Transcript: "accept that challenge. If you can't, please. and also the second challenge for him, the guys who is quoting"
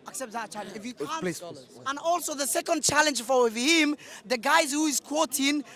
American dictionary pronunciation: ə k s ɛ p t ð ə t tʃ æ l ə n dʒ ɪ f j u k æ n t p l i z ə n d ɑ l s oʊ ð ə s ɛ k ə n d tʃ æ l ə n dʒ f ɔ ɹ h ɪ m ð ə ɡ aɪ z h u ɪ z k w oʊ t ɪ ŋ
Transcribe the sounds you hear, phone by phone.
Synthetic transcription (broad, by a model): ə k s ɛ p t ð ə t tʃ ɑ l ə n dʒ ɪ f j u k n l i ə n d ɑ l s oʊ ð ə s ɛ k ə n d tʃ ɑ l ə n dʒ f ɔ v h ɪ m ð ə ɡ aɪ z h u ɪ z k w oʊ t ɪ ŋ